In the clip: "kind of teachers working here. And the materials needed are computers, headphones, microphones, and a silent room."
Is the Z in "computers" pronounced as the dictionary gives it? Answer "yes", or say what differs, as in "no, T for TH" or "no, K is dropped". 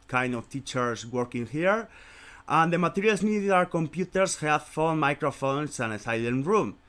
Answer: no, S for Z